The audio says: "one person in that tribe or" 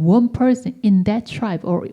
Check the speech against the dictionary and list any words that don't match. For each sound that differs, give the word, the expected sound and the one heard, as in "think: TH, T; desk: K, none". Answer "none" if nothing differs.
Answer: person: N, none